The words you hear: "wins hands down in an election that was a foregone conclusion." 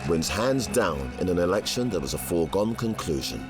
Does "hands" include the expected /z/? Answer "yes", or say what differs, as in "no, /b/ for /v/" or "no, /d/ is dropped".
yes